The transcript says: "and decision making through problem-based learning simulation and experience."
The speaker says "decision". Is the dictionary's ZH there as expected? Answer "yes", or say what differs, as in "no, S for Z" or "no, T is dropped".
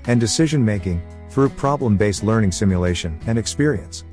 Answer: yes